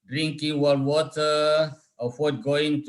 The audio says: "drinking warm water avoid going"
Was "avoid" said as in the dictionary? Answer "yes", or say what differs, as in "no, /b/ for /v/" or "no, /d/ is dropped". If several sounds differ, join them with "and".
no, /f/ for /v/